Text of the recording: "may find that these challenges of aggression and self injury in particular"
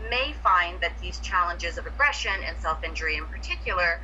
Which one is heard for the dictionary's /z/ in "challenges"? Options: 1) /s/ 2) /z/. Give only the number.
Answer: 2